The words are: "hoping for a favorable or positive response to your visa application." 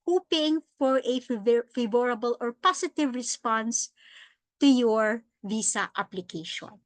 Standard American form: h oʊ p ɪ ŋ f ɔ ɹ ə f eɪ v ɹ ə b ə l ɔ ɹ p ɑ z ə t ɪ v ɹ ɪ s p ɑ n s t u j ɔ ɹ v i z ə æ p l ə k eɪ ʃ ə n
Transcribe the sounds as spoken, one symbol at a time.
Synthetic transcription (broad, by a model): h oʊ p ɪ ŋ f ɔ ɹ ə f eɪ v ɹ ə b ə l ɔ ɹ p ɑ s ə t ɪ v ɹ ɪ s p ɑ n s t u j ɔ ɹ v i s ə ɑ p l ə k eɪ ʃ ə n